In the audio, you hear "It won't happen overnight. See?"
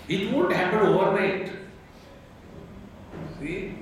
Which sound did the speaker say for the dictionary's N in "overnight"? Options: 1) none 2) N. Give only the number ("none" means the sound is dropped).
1